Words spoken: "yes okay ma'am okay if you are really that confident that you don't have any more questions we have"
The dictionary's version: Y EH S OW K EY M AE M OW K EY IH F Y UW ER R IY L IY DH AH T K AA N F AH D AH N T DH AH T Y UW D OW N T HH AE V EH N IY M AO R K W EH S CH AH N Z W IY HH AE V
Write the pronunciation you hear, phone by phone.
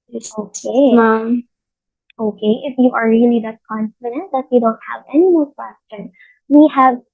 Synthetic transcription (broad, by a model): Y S OW K EY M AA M OW K EY IH F Y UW ER R IY L IY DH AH T K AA N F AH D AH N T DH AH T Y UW D OW N T HH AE V EH N IY M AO L K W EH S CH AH N W IY HH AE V